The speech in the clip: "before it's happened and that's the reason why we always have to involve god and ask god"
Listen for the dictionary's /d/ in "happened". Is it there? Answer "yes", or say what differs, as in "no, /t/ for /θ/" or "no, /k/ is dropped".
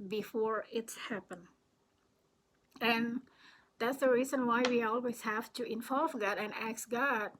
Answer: no, /d/ is dropped